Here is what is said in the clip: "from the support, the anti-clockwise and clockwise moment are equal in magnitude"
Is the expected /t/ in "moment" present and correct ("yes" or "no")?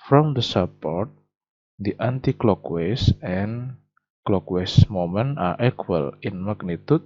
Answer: no